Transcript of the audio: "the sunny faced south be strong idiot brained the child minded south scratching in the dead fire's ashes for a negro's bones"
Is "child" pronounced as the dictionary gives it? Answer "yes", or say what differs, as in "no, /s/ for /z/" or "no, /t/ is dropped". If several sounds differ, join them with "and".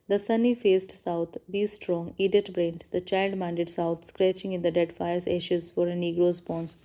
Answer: yes